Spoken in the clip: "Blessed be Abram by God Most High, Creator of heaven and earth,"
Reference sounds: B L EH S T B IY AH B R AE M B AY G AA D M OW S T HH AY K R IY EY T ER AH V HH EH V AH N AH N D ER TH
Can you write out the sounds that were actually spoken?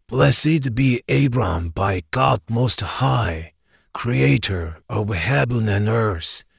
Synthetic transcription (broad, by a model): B L EH S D B IY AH B R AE M B AY G AA D M OW S T HH AY K R IY EY T ER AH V HH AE B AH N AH N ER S